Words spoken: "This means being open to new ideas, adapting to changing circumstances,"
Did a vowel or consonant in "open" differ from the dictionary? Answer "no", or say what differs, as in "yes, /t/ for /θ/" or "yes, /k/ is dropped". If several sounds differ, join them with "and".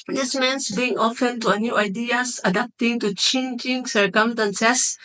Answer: yes, /f/ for /p/